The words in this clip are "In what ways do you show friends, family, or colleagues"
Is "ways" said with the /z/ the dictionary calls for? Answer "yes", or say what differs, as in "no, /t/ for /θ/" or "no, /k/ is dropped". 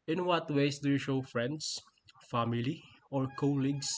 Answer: no, /s/ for /z/